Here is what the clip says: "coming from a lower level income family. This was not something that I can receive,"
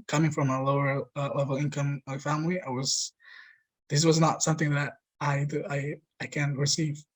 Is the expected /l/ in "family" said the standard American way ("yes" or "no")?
no